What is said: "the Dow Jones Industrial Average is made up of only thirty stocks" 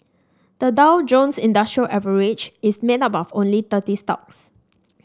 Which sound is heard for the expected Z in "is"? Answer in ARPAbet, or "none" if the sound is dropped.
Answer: S